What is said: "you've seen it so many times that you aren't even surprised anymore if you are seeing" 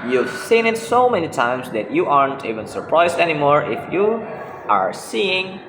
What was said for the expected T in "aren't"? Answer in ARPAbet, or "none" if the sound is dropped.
T